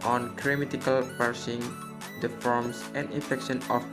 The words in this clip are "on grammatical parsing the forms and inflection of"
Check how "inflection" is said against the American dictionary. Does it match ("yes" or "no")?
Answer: no